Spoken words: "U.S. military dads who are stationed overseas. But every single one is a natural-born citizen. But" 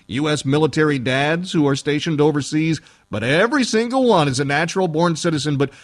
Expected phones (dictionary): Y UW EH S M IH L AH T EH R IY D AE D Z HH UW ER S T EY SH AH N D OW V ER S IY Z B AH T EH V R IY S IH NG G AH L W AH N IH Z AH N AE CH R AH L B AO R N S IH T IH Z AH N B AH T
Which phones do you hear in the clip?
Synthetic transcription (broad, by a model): Y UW EH S M IH L AH T EH R IY D AE D Z HH UW ER S T EY SH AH N D OW V ER S IY Z B AH T EH V R IY S IH NG G L W AH N IH Z AH N AE CH R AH L B AO R N S IH T IH Z AH N B AH T